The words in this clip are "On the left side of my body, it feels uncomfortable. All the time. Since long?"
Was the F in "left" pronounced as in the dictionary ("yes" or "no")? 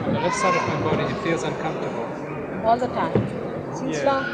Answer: no